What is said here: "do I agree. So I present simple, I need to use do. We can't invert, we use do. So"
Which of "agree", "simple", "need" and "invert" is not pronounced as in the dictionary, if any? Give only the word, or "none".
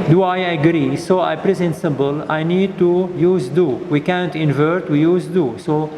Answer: simple